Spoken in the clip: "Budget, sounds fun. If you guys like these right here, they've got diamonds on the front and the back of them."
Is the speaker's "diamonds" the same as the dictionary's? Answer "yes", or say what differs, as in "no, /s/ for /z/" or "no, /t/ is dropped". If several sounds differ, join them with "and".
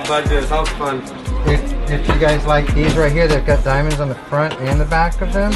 yes